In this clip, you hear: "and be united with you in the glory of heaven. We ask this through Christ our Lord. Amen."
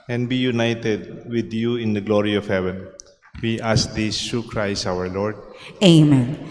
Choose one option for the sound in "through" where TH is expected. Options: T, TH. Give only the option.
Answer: T